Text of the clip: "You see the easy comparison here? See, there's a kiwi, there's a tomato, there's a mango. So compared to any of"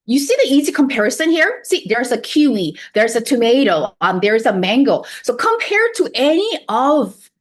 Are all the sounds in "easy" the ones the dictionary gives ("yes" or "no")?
yes